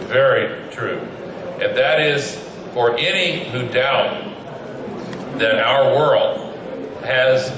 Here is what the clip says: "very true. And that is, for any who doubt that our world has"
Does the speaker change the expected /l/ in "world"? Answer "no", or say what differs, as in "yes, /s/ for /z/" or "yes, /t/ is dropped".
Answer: no